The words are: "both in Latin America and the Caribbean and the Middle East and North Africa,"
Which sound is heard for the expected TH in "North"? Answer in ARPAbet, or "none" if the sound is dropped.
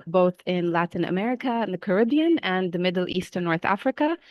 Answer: TH